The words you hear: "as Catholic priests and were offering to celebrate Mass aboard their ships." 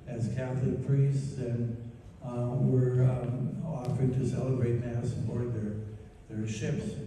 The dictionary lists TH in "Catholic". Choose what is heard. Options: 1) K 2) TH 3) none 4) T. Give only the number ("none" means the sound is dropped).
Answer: 2